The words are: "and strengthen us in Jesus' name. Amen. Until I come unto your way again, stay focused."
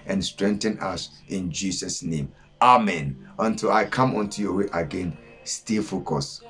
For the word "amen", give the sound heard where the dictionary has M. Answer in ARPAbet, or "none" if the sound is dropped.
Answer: M